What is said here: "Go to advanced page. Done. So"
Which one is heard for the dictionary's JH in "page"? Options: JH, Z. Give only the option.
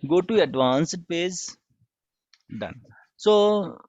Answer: Z